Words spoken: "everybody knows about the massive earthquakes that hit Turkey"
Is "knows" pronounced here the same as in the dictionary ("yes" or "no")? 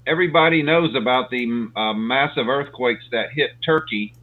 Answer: yes